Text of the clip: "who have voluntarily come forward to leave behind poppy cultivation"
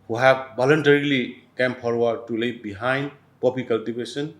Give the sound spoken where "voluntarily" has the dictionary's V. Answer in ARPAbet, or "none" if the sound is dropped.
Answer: B